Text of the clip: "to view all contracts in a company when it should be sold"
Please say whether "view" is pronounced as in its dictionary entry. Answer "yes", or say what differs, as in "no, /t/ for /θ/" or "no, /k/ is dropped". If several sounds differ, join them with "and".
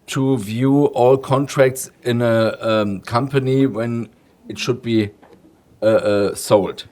yes